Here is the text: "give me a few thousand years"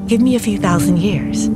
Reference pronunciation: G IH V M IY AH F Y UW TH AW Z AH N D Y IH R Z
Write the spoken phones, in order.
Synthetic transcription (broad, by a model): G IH V M IY AH F Y UW TH AW Z AH N D Y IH R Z